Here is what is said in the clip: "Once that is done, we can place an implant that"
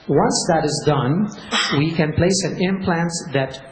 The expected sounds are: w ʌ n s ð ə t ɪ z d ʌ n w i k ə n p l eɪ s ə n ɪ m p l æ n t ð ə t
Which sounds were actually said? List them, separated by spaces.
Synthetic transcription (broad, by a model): w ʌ n s ð ə t ɪ z d ʌ n w i k ə n p l eɪ s ə n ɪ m p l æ n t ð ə t